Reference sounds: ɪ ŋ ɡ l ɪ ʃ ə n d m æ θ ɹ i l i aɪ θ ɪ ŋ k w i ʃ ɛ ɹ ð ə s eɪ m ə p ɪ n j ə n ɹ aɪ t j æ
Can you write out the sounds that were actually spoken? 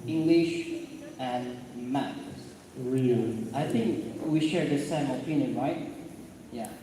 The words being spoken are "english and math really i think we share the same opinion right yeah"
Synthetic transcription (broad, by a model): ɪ ŋ ɡ l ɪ ʃ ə n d m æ s ɹ i l i aɪ θ ɪ ŋ k w i ʃ ɛ ɹ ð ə s eɪ m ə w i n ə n ɹ aɪ t j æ